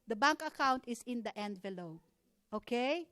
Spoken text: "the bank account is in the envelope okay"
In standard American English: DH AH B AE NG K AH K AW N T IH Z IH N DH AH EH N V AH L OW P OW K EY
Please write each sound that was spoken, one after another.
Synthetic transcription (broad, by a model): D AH B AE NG K AH K AW N T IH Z IH N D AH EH N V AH L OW OW K EY